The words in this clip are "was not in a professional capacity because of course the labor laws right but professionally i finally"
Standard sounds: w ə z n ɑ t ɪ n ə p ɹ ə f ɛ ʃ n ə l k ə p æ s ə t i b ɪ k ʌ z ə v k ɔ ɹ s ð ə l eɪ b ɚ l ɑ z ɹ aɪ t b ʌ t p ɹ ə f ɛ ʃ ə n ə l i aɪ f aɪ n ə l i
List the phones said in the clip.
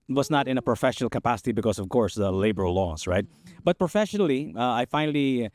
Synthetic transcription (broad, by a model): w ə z n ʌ t ɪ n ə p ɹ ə f ɛ ʃ n l k ə p æ s ə t i b ɪ k ʌ z ə v k ɔ ɹ s ð ə l eɪ b ɚ l ɑ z ɹ aɪ t b ʌ t p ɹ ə f ɛ ʃ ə n l i aɪ f aɪ n l i